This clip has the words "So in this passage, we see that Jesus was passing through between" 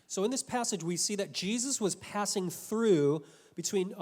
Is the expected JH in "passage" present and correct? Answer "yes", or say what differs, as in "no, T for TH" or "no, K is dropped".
yes